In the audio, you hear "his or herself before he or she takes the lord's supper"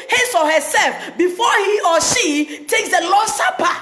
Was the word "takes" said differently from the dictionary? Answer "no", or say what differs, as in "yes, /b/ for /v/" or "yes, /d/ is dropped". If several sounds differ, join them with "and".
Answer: no